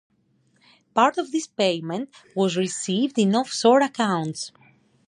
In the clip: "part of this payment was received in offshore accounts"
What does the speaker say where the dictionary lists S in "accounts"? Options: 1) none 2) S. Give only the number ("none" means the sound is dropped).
2